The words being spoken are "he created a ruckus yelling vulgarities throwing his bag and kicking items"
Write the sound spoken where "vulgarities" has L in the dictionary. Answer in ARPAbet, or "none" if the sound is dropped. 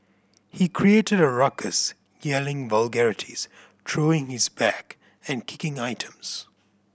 L